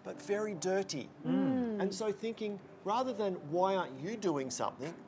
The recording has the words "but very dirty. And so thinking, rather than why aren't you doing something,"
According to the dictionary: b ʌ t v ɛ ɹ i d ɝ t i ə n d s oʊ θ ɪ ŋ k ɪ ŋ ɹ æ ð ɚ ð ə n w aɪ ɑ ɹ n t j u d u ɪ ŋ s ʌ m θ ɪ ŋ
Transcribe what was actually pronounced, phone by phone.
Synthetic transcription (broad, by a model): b ʌ t v ɛ ɹ i d ɝ t i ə n s oʊ θ ɪ ŋ k ɪ ŋ ɹ æ ð ɚ ð ə n w aɪ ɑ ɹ n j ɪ d u ɪ ŋ s ʌ m θ ɪ ŋ